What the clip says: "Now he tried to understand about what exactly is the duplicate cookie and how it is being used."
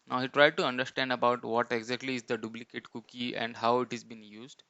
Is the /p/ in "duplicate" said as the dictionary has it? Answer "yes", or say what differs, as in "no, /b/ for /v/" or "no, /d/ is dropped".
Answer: no, /b/ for /p/